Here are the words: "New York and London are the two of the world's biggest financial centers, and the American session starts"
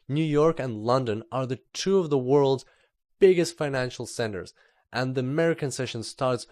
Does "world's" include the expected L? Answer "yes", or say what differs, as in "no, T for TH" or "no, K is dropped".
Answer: yes